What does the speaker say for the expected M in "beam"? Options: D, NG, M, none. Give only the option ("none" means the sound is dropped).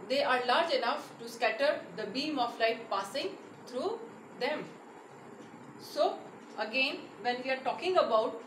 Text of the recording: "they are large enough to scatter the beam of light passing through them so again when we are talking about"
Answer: M